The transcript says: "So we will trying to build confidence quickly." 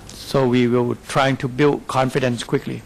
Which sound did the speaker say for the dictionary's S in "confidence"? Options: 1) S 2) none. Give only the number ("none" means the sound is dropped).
1